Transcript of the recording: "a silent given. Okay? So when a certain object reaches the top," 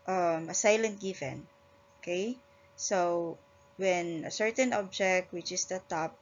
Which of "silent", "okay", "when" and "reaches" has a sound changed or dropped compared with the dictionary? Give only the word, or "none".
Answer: reaches